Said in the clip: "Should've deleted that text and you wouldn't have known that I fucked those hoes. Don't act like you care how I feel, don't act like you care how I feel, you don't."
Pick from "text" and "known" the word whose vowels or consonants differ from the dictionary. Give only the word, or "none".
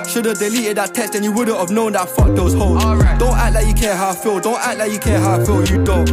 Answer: text